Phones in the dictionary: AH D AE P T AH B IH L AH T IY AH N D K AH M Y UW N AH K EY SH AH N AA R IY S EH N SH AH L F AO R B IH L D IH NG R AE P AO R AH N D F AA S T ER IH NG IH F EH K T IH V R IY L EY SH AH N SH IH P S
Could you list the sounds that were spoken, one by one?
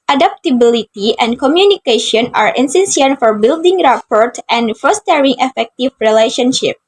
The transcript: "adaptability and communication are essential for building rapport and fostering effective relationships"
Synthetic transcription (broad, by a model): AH D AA P T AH B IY L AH T IY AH N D K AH M Y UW N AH K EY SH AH N AA R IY S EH N S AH N F AO R B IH L D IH NG R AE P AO R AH N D F AA S T ER IH NG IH F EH K T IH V R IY L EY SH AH N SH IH P